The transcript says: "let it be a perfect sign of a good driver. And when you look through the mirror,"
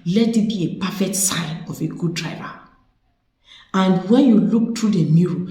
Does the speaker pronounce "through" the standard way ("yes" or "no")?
no